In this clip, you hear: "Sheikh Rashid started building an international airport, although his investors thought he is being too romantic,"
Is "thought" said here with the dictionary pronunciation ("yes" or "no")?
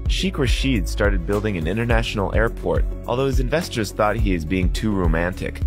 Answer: yes